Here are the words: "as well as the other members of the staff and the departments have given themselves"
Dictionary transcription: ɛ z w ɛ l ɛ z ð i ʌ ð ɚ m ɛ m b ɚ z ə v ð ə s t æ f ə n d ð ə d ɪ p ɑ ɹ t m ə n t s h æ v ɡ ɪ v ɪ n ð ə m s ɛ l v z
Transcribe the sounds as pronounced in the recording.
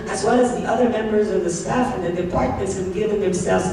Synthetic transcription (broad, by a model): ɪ z w ɛ l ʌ z ð i ʌ ð ɚ m ɛ m b ɚ z ə v ð ə s t æ f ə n ð ə d ɪ p ɑ ɹ t m ə n t s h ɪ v ɡ ɪ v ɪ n ð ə m s ɛ l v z